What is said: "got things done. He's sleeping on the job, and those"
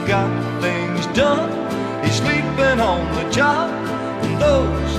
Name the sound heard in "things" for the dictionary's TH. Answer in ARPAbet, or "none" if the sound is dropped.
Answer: TH